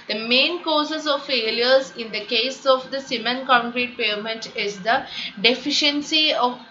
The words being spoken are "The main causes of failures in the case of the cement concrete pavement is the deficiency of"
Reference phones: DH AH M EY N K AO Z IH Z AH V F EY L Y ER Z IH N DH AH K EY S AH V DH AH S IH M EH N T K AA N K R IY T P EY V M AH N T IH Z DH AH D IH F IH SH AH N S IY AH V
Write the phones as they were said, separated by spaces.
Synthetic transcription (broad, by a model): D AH M EY N K AO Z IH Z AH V F EY L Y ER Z IH N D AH K EY S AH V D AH S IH M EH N K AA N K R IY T P EY M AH N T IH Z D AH D IH F IH SH AH N S IY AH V